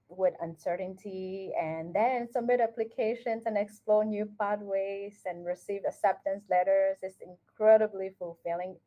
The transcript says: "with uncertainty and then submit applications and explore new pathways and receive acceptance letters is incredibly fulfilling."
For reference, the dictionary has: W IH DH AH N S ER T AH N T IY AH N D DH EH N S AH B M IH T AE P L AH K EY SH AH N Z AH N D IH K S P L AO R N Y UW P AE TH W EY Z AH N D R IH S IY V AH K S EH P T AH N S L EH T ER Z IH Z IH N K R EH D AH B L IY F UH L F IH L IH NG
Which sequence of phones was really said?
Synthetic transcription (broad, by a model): W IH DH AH N S ER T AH N T IY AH N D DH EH N S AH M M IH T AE P L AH K EY SH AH N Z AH N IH K S P L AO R N Y UW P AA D W EY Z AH N R IH S IY V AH S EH P T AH N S L EH T ER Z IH S IH N K R EH D AH B L IY F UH L F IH L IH NG